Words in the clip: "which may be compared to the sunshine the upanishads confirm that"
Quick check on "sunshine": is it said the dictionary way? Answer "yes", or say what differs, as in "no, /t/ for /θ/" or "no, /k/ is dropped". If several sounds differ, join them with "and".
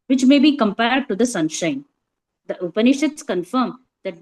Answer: yes